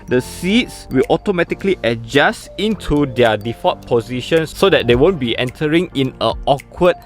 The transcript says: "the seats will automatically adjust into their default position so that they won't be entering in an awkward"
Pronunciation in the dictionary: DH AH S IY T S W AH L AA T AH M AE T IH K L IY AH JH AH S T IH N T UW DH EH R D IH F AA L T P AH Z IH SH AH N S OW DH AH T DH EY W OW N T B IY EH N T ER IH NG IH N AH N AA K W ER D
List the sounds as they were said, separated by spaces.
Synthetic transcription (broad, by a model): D AH S IY T S W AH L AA T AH M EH T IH K L IY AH JH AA S T IH N T UW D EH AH D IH F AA T P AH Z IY SH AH N S OW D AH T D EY W OW N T B IY EH N T ER IH NG IH N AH AA K W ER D